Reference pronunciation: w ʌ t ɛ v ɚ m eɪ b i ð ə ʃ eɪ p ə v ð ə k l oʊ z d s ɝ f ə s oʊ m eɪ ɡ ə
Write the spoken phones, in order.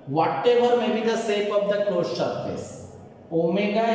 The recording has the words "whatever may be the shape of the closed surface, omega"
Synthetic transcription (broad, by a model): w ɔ t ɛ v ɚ m eɪ b i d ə s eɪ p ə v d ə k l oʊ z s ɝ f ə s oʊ m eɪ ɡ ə